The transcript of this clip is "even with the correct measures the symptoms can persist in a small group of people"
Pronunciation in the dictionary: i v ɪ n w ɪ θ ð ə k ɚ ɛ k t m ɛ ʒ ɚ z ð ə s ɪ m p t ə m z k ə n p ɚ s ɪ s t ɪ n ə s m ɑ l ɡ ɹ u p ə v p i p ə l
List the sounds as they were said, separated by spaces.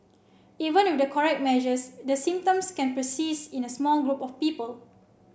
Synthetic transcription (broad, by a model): i v ɪ n w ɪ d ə k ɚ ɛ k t m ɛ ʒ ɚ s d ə s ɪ m p t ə m s k ə n p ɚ s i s ɪ n ə s m ɑ l ɡ ɹ u p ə f p i p ə l